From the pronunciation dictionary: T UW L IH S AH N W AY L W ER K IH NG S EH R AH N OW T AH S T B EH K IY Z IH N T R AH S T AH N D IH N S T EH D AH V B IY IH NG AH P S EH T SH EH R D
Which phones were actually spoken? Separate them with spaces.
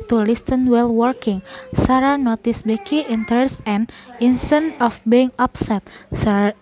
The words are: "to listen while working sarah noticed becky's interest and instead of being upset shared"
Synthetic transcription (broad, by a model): T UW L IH S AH N W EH L W ER K IH NG S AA R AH N OW T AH S B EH K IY IH N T AH S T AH N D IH N S T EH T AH F B IY IH NG AH P S EH T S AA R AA